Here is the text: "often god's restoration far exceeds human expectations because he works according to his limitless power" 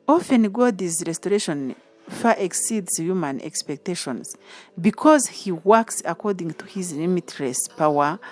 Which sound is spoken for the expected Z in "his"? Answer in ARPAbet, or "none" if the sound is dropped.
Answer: Z